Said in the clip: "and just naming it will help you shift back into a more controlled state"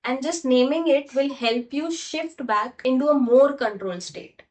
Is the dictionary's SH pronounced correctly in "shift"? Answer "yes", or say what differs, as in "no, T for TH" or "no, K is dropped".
yes